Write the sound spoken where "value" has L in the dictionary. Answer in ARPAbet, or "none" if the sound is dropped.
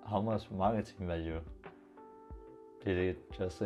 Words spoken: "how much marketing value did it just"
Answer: none